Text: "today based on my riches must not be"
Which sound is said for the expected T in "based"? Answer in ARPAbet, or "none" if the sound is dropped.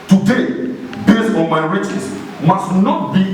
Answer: none